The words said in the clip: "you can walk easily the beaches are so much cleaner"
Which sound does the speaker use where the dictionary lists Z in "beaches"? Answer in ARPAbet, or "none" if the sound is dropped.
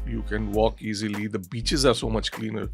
Z